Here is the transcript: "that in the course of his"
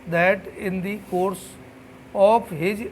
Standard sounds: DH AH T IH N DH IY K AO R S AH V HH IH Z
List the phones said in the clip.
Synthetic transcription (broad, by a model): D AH T IH N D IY K AO R S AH P HH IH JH